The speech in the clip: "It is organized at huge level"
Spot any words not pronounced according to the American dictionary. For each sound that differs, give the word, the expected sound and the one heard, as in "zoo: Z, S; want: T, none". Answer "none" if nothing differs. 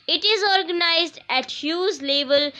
huge: JH, Z